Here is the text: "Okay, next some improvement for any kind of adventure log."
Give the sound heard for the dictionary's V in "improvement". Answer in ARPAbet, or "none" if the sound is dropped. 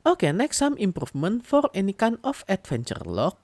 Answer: F